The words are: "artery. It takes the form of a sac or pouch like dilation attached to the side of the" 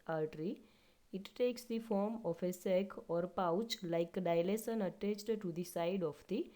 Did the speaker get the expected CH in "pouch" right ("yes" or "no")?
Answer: yes